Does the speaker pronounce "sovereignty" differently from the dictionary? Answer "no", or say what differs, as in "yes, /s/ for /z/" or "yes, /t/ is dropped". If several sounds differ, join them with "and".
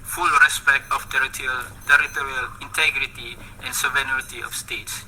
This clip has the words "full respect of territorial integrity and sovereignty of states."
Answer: yes, /ɹ/ is dropped